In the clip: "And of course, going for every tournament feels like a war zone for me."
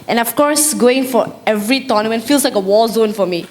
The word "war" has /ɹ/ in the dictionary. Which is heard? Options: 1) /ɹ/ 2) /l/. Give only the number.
2